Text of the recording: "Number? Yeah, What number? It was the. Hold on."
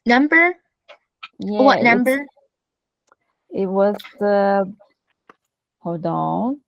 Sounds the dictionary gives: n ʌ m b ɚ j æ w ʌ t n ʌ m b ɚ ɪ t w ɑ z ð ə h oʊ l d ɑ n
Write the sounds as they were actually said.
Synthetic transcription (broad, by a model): n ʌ m b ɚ j æ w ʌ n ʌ m b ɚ ɪ t w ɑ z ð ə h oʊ d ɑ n